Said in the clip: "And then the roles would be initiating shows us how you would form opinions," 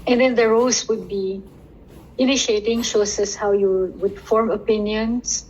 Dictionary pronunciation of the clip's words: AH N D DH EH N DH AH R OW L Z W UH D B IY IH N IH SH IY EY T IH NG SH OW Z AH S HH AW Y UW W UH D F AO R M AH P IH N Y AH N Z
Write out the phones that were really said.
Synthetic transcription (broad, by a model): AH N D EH N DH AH R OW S W UH D B IY IH N IH SH IY EY T IH NG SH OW S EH S HH AW Y UW W UH D F AO R M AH P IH N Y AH N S